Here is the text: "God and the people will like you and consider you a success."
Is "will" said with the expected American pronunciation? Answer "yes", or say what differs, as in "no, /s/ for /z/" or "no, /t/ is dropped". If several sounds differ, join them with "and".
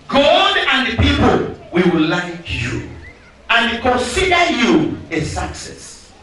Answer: no, /w/ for /l/